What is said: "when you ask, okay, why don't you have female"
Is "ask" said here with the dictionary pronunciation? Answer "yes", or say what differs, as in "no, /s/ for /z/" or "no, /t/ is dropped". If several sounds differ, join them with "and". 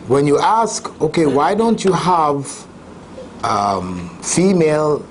yes